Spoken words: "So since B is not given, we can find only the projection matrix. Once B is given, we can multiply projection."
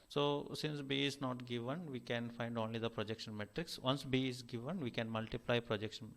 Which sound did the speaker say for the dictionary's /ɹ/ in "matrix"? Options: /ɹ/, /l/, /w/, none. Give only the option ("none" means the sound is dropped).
/ɹ/